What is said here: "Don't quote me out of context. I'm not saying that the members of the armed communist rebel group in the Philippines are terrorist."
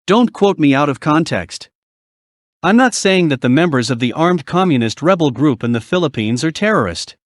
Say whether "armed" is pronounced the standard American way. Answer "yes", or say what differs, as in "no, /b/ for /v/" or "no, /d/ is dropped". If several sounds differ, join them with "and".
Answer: yes